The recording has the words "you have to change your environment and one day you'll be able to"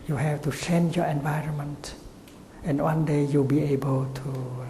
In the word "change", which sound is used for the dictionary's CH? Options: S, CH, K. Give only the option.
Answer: S